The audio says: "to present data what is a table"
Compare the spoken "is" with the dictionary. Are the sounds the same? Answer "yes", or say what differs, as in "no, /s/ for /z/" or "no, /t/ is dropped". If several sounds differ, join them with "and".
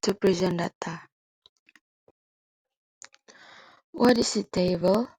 no, /s/ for /z/